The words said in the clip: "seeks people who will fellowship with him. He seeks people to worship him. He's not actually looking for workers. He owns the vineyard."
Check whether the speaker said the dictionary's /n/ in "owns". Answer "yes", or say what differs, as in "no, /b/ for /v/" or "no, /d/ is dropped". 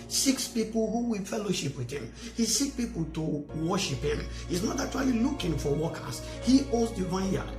no, /n/ is dropped